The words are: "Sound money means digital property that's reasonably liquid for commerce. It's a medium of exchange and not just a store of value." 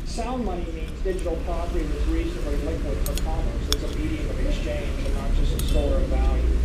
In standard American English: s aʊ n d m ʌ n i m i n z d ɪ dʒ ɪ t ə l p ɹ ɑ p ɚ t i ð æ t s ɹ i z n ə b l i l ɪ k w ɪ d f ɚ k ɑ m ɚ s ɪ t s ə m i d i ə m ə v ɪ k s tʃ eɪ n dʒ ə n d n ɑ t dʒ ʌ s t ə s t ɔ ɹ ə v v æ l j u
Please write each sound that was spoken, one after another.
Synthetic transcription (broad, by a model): s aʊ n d m ʌ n i m i n z d ɪ dʒ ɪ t l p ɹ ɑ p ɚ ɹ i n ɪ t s ɹ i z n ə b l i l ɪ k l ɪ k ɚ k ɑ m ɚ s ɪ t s ə m i d i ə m ə v ɪ k s tʃ eɪ n dʒ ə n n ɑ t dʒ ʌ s ə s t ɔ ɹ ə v v æ l j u